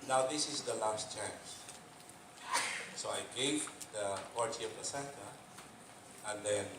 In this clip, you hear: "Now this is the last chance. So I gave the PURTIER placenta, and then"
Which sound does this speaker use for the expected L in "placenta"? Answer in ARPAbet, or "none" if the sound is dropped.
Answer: none